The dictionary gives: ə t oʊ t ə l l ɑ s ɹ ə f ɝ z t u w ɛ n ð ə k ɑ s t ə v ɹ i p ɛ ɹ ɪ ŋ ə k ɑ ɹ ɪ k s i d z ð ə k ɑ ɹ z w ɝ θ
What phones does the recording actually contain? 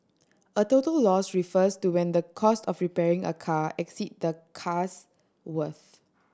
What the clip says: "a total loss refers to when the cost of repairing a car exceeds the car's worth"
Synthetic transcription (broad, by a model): ə t oʊ t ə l l ɑ s ɹ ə f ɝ s t u w ɛ n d ə k ɑ s t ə f ɹ i p ɛ ɹ ɪ ŋ ə k ɑ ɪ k s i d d ə k ɑ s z w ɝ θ